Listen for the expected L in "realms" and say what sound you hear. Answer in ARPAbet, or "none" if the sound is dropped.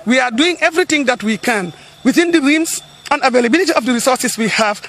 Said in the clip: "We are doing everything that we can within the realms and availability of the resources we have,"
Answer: none